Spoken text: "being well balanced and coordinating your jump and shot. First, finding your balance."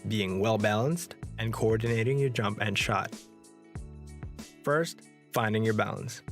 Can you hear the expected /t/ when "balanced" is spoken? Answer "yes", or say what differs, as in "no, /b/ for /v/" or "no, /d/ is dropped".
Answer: yes